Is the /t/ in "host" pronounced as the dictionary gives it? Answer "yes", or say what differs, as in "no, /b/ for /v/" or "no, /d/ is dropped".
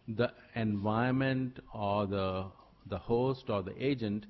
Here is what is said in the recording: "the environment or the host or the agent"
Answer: yes